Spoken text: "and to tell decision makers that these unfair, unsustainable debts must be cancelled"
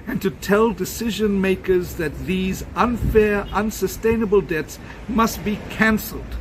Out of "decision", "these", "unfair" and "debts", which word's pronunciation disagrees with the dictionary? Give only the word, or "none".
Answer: none